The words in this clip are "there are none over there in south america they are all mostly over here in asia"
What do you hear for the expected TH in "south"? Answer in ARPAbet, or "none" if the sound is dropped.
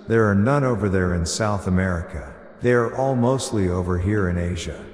TH